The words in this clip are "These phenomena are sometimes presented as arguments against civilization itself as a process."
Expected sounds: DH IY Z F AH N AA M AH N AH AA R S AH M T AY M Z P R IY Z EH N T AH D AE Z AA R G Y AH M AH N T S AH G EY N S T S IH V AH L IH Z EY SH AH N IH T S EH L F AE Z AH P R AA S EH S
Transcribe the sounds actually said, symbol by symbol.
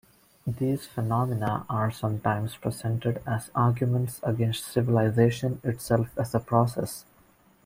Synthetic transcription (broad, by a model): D IY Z F AH N AA M AH N AH AA R S AH M T AY M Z P R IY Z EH N T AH D AE Z AA R G Y AH M AH N T S AH G EY N S T S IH V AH L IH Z EY SH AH N IH T S EH L F AE Z AH P R AA S EH S